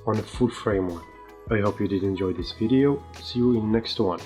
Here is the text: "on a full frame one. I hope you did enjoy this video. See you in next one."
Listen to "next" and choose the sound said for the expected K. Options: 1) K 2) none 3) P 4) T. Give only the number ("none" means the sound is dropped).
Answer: 1